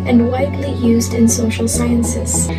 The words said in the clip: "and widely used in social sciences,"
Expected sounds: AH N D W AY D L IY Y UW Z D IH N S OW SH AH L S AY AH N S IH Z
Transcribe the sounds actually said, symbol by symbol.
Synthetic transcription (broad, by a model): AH N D W AY D L IY Y UW Z D IH N S OW SH L S AY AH N S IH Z